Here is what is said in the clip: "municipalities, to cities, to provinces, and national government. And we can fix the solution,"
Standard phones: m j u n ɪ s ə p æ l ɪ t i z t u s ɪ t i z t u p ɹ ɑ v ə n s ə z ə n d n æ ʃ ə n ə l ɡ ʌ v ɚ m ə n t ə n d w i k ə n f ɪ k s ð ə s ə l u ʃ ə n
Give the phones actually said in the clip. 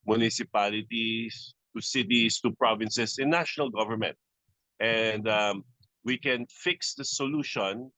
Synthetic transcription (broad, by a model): m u n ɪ s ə p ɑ l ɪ t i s t u s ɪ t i s t u p ɹ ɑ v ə n s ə s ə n n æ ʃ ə n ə l ɡ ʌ v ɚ m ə n t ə n d w i k ə n f ɪ k s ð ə s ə l u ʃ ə n